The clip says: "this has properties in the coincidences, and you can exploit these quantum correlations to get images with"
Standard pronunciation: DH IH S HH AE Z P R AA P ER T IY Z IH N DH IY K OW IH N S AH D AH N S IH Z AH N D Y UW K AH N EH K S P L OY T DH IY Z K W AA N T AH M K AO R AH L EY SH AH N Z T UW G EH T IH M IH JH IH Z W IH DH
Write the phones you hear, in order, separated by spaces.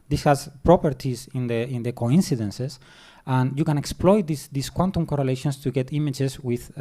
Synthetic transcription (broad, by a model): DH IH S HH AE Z P R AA P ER T IY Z IH N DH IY K OW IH N S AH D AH N S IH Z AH N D Y UW K AH N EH K S P L OY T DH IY S K W AA N T AH M K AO R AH L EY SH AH N S T UW G EH T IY M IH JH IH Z W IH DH